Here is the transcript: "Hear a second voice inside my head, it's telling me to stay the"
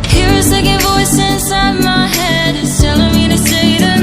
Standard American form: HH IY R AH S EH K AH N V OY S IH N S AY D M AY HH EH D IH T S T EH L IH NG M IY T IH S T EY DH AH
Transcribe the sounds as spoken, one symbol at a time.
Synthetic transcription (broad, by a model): HH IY R AH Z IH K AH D V OY S IH N S AY D M AY HH EH D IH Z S T EH L IH NG M IY T IH S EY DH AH